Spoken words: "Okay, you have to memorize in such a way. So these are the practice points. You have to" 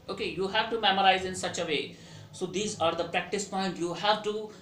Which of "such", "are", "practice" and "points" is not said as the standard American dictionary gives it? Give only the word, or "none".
points